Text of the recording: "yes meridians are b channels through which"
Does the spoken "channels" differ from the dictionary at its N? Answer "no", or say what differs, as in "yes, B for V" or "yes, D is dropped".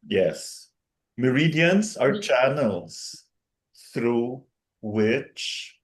no